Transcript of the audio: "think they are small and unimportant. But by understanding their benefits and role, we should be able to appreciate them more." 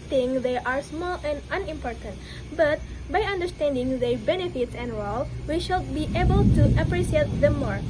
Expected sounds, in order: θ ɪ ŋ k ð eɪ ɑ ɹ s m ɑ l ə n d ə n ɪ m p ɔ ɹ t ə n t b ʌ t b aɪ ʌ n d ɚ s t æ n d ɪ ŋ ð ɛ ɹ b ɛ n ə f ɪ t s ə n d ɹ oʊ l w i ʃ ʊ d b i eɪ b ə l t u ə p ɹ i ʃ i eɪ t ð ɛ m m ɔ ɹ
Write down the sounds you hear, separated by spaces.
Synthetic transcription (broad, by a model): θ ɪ ŋ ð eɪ ɑ ɹ s m ɑ l ə n d ə n ɪ m p ɔ ɹ t ə n t b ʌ t b aɪ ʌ n d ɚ s t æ n d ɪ ŋ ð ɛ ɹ b ɛ n ə f ɪ t s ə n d ɹ oʊ l w i ʃ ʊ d b i eɪ b ə l t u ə p ɹ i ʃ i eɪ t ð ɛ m m ɔ ɹ